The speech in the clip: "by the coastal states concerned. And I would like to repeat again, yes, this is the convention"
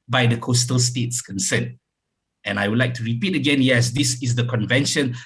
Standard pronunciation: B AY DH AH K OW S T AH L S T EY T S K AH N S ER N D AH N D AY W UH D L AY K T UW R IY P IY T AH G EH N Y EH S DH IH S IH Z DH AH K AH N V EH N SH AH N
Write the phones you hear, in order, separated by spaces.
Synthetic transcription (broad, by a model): B AY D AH K OW S T AH L S T EY T S K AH N S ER N AH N AY W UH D L AY K T UW R IY P IY T AH G EH N Y EH S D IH S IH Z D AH K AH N V EH N SH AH N